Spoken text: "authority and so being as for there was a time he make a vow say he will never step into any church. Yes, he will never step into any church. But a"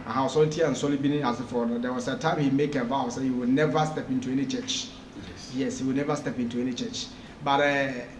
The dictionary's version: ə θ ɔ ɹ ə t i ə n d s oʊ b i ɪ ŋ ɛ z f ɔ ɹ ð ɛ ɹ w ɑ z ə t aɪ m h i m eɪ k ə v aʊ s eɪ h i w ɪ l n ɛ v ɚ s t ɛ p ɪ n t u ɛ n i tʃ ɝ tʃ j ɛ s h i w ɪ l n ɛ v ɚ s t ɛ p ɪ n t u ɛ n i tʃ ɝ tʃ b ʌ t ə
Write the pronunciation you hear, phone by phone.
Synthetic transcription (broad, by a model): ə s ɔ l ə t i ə n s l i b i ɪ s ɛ f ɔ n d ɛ w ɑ s ə t aɪ m h i m eɪ k ə v aʊ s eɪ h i w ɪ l n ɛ v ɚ s t ɛ p ɪ n t u ɛ n i tʃ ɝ tʃ j ɛ s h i w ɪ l n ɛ v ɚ s t ɛ p ɪ n t u ɛ n i tʃ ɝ tʃ b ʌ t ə